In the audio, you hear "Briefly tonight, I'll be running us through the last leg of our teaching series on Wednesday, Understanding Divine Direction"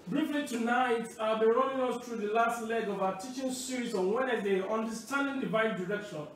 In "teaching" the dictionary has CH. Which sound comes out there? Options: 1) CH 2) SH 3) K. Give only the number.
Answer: 1